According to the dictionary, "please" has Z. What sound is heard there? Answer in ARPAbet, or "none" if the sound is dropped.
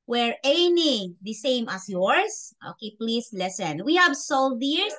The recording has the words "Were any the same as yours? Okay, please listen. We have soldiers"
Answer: S